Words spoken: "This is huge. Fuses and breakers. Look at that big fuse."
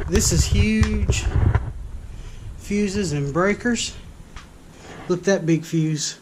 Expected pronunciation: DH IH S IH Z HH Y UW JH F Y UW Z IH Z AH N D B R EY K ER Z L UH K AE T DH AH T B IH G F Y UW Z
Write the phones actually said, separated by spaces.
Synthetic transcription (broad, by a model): DH IH S IH Z HH Y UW ZH F Y UW Z IH Z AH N B R EY K ER Z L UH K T DH AH T B IH G F Y UW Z